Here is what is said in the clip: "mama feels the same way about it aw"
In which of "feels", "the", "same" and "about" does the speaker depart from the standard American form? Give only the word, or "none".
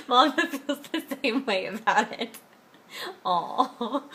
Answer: feels